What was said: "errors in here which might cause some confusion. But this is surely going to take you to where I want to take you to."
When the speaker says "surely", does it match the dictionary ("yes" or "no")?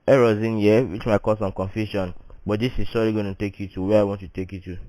no